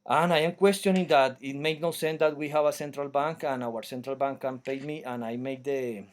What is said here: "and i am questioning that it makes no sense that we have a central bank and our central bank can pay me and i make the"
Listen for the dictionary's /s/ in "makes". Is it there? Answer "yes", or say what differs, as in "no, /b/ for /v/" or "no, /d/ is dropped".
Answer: no, /s/ is dropped